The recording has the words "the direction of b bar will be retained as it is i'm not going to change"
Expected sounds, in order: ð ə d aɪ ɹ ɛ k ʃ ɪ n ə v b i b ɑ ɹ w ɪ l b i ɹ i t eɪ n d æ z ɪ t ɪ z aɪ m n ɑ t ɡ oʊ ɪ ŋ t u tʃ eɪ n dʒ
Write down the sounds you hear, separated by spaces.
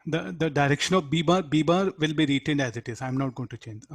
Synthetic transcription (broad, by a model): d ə d aɪ ɹ ɛ k ʃ ɪ n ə b b i b ɑ ɹ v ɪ l b i ɹ i t eɪ n d æ z ɪ t ɪ z aɪ m n ɑ t ɡ oʊ ɪ ŋ t u tʃ eɪ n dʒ